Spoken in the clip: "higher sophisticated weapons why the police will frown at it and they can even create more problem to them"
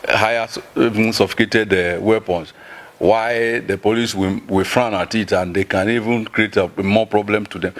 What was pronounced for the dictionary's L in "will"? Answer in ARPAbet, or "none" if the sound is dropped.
W